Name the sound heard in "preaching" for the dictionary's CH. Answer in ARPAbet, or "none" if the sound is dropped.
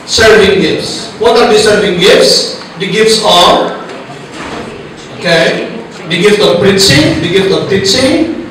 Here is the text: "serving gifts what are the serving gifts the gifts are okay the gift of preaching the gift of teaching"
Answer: S